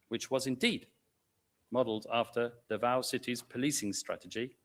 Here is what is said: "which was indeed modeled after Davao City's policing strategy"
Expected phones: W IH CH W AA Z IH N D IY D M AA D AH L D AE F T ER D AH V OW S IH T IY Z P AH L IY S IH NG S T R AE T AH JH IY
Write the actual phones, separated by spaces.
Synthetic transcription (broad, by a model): W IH CH W AA Z IH N D IY D M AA D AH L D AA F T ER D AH V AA S IH T IY Z P AH L IY S IH NG S T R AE T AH JH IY